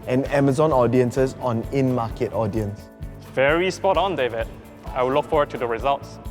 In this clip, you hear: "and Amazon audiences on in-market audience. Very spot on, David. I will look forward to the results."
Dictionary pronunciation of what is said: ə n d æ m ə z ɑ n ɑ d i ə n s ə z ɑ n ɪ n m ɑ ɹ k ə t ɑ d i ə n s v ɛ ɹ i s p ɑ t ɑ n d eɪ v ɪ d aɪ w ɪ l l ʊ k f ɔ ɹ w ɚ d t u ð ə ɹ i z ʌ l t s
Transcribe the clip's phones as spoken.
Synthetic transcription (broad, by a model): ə n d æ m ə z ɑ n ɑ d i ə n s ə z ɑ n ɪ n m ɑ k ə t ɑ d i ə n s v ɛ ɹ i s p ɑ t ɑ n d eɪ v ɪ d aɪ w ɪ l l ʊ k f ɔ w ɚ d t u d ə ɹ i z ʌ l t s